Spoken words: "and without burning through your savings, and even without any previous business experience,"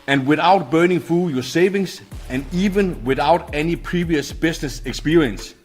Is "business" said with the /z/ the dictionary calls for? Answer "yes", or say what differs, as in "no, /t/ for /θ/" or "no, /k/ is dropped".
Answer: no, /s/ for /z/